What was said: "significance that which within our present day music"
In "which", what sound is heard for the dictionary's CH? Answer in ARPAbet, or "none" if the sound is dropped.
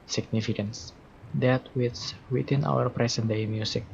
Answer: S